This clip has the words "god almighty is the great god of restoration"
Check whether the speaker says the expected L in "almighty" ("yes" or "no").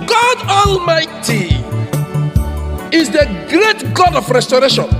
yes